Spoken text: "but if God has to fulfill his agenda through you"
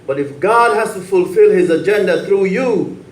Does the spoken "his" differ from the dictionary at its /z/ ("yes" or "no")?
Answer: no